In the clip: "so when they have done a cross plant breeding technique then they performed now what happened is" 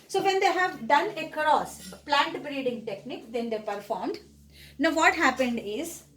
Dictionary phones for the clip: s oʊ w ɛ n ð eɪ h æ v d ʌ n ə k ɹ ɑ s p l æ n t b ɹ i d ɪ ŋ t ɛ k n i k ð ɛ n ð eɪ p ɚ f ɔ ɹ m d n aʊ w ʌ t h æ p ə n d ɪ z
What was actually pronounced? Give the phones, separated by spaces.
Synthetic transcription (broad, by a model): s oʊ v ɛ n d eɪ h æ v d ʌ n ə k ɹ ɑ s p l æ n t b ɹ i d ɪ ŋ t ɛ k n i k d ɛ n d eɪ p ɚ f ɔ ɹ m d n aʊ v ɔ t h æ p ə n d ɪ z